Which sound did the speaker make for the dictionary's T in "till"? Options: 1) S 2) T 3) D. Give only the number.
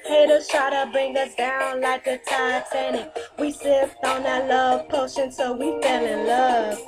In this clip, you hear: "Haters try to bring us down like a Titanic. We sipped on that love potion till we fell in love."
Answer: 1